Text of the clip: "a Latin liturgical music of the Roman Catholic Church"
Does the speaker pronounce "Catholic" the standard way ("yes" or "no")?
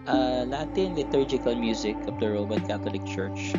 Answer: no